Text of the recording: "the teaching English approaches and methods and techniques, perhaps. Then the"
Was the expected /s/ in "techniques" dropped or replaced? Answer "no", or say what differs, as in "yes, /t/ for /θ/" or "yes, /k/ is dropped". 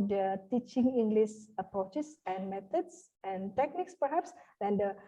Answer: no